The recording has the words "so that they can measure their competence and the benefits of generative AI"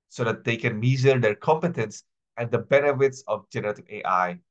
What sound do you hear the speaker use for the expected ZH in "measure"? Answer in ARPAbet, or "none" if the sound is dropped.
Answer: Z